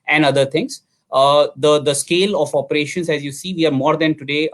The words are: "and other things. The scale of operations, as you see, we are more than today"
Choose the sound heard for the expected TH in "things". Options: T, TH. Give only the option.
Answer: T